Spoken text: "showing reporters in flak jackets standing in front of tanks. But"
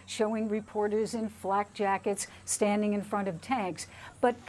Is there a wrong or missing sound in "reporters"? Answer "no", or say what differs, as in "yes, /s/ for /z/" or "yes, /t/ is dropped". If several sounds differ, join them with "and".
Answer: no